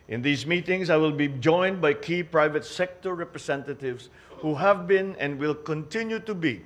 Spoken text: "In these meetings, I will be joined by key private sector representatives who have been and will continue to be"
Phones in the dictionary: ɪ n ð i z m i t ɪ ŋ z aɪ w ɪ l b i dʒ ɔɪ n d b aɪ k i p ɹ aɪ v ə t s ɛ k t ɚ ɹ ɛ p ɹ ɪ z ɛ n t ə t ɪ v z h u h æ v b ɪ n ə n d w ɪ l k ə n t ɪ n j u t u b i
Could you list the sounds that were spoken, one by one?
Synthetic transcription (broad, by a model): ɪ n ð i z m i t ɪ ŋ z aɪ w ɪ l b i dʒ ɔɪ n d b aɪ k i p ɹ aɪ v ə t s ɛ k t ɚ ɹ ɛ p ɹ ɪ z ɛ n t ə t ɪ v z h u h æ v b ɪ n ə n d w ɪ l k ə n t ɪ n j u t u b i